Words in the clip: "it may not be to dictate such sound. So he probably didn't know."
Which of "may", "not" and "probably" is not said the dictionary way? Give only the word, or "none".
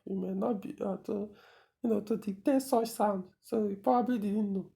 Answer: probably